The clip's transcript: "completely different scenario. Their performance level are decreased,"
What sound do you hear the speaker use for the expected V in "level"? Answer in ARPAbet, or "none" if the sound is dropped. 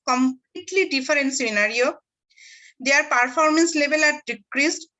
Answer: B